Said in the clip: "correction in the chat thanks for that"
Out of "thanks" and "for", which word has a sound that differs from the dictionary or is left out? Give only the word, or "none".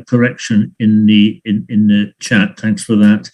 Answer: none